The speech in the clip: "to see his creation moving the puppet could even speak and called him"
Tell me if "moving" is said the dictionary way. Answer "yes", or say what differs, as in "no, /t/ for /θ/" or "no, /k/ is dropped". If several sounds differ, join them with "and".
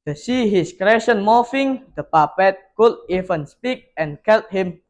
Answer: no, /f/ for /v/